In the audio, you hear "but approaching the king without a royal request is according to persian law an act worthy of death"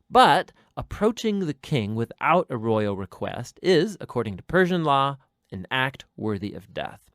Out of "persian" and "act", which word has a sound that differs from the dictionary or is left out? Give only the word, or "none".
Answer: none